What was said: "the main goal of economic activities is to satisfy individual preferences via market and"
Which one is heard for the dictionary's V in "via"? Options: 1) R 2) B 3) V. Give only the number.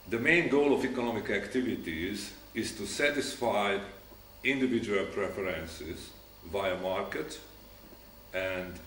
3